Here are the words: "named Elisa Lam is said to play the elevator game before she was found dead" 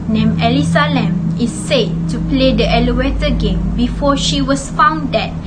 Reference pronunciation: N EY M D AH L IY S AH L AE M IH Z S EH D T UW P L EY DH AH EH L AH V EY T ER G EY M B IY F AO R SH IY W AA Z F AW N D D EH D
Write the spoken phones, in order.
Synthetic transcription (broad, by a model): N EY M AH L IY S AH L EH M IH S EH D T UW P L EY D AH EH L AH W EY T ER G EY M B IY F AO SH IY W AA S F AW N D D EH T